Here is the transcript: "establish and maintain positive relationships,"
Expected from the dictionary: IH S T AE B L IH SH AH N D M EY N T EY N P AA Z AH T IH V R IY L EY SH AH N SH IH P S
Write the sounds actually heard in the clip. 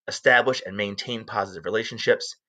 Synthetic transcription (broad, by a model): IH S T AE B L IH SH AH N M EY N T EY N P AA Z AH T IH V R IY L EY SH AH N SH IH P S